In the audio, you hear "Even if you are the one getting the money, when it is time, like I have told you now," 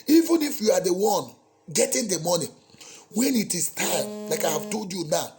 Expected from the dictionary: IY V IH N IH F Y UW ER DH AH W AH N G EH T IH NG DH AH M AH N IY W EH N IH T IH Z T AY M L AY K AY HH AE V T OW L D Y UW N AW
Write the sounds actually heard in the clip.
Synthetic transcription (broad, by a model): IY V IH N IH F Y UW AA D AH W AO N G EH T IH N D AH M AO N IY W EH N IH T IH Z T AY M L AY K AY HH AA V T OW L D Y UW N AW